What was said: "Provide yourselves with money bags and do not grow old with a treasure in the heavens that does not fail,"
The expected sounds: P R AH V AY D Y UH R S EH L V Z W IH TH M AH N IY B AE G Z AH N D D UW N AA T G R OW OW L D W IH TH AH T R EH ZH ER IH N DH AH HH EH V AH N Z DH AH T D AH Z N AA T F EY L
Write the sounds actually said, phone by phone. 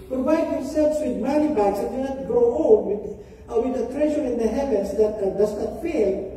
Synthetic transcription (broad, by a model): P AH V AY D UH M S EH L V S W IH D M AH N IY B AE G S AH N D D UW N AA T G R OW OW W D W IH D AH T R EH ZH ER IH N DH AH HH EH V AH N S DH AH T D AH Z N AA T F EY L